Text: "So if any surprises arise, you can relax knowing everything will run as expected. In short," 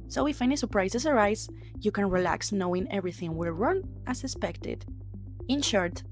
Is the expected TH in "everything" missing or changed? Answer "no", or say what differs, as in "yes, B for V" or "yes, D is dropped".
no